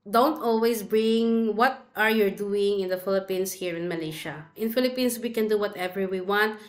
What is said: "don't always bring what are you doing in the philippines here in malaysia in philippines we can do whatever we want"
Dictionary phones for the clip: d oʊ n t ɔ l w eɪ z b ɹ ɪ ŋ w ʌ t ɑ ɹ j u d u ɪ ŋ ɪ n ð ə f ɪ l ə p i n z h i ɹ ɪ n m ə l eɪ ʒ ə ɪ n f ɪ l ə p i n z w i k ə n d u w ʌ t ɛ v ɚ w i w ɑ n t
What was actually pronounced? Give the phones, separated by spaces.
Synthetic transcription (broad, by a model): d oʊ n t ɔ l w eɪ s b ɹ ɪ ŋ w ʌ t ɑ ɹ j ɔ d u ɪ ŋ ɪ n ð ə f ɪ l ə p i n s h i ɹ ɪ n m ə l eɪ ʃ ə ɪ n f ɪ l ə p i n s w i k ə n d u w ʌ t ɛ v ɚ w i w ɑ n t